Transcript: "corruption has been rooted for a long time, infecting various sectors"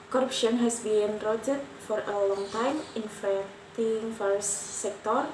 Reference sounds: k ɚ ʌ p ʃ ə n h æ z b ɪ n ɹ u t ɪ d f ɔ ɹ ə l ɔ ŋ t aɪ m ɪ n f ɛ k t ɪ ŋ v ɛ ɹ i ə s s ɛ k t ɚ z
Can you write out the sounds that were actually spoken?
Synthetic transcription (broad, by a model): k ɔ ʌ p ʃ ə n h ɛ s b ɪ n ɹ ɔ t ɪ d f ɔ ɹ ə l ɔ ŋ t aɪ m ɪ n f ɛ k t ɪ ŋ f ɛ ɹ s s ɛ k t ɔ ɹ